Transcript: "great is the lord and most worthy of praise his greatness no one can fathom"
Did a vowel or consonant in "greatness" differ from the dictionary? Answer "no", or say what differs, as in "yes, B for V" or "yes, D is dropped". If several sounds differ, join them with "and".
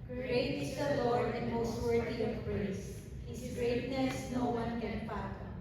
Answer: no